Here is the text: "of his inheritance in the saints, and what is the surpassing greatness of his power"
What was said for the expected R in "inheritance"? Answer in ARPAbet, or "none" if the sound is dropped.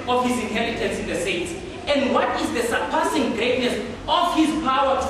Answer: L